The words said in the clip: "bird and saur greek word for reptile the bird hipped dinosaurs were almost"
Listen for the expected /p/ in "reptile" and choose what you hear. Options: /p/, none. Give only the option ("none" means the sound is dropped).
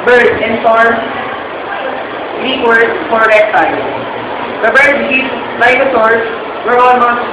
none